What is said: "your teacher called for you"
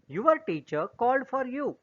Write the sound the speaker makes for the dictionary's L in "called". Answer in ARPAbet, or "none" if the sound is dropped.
L